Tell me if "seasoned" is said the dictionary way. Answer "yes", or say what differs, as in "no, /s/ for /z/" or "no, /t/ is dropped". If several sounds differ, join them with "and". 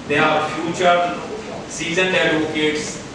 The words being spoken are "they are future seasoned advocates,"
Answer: no, /d/ is dropped